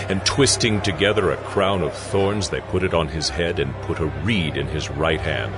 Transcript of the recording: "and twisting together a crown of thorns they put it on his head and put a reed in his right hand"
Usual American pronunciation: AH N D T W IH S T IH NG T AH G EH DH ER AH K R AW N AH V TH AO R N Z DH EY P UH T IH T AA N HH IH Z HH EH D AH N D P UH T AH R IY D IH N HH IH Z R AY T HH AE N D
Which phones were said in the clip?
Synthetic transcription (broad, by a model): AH N T W IH S T IH NG T AH G EH DH ER AH K R AW N AH V TH AO R N Z DH EY P UH T IH T N IH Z HH EH D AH N P UH T AH R IY D IH N IH Z R AY T HH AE N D